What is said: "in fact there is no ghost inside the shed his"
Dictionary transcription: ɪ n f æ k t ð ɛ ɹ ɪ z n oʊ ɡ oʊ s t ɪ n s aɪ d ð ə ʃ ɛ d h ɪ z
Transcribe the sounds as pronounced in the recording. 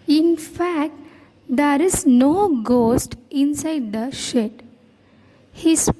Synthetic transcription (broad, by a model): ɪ n f æ k t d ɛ ɹ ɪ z n oʊ ɡ oʊ s t ɪ n s aɪ d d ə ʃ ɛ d h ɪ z